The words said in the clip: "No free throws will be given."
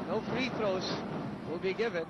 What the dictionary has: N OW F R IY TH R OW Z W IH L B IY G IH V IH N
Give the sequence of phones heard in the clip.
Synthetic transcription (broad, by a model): N OW F R IY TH R OW S W IH L B IY G IH V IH N